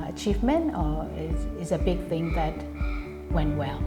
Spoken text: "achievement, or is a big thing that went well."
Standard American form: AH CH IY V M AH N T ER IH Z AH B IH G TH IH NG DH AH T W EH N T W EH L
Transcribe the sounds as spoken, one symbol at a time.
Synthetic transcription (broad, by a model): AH CH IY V M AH N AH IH IH Z AH B IH G TH IH NG DH AH T W EH N T W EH L